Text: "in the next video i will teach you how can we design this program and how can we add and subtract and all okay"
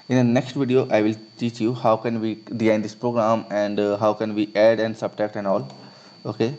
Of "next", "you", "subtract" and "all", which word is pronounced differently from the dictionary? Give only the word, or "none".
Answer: subtract